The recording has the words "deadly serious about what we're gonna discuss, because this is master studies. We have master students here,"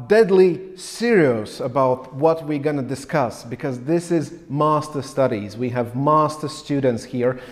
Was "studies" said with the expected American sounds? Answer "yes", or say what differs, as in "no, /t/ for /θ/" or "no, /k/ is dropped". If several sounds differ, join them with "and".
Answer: yes